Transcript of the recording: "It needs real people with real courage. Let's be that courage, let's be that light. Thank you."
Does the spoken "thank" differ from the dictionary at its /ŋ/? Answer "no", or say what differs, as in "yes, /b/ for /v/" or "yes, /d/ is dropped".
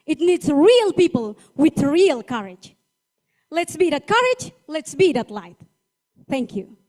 no